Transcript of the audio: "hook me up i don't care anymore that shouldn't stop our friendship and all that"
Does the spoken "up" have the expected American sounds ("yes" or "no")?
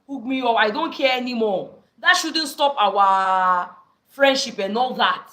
no